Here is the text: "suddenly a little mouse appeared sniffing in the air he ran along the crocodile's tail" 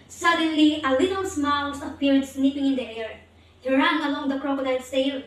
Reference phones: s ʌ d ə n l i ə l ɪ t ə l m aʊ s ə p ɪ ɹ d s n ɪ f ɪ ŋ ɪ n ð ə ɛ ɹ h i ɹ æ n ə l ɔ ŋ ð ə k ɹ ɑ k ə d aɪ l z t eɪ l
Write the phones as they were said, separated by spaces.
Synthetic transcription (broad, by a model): s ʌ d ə n l i ə l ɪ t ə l m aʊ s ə p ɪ ɹ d s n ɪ p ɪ ŋ ɪ n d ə ɛ ɹ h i ɹ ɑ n ə l ɔ ŋ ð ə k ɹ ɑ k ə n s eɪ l